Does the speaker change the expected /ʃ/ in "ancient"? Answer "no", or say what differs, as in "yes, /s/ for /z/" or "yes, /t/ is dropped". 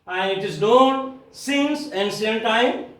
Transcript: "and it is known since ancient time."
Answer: yes, /s/ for /ʃ/